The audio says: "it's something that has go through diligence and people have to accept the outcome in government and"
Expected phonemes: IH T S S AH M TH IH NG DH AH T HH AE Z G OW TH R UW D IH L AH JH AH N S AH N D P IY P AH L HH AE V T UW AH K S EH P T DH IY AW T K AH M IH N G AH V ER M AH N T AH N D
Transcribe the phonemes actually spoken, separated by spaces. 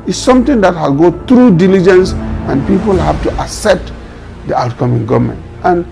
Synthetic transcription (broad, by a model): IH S S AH M T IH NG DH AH T HH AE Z G OW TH R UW D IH L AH JH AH N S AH N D P IY P AH L HH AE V T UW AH S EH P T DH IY AW T K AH M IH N G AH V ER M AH N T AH N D